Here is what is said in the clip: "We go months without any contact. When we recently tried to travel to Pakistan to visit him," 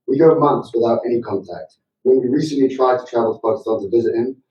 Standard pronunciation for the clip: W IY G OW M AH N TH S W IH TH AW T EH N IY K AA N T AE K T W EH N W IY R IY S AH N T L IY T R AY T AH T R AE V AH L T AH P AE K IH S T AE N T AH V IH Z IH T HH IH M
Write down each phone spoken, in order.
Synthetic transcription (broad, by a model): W IY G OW M AH N TH S W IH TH AW T EH N IY K AA N T AE K T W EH N W IY R IY S AH N T L IY T R AY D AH T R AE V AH L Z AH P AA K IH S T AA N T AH V IH Z IH T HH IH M